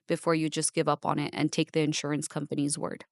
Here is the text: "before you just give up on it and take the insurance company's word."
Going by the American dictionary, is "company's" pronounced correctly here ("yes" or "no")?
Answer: yes